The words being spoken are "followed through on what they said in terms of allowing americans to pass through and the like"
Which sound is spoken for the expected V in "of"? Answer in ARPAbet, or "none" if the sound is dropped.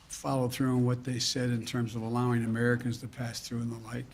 V